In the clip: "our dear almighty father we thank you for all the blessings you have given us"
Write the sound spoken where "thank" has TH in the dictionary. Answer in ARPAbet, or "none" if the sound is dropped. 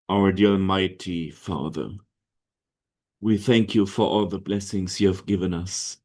TH